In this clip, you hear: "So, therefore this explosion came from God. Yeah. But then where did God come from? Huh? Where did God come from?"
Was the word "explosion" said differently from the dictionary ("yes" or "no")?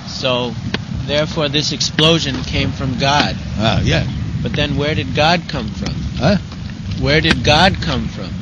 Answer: no